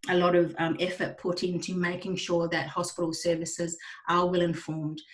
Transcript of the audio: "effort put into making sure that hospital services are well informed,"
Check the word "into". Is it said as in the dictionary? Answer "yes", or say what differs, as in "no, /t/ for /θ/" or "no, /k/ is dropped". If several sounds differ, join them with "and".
yes